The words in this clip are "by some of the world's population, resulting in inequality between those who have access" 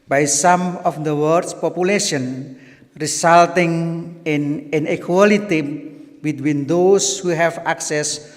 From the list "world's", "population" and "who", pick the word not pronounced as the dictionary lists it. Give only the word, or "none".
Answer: world's